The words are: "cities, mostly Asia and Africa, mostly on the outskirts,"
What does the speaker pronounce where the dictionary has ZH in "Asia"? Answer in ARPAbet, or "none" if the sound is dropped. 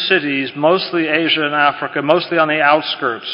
ZH